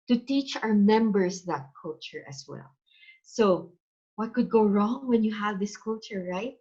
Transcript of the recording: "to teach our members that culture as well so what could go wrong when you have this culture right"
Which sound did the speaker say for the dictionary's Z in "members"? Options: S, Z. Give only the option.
S